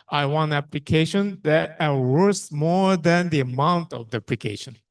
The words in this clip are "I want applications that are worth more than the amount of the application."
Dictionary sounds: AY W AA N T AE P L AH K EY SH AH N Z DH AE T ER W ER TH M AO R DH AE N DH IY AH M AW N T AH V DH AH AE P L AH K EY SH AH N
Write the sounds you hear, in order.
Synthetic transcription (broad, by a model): AY W AA N T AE P L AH K EY SH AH N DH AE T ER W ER S M AO R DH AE N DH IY AH M AW N T AH V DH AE P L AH K EY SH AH N